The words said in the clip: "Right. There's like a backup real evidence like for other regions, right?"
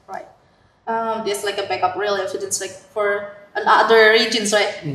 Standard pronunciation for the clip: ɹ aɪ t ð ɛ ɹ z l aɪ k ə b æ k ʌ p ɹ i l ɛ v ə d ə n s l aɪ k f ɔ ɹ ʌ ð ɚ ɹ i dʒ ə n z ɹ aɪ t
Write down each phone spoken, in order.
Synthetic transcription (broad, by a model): ɹ aɪ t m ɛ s l aɪ k ə b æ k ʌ p ɹ i l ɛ f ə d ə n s l aɪ k f ɔ ɹ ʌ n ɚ ɹ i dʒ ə n s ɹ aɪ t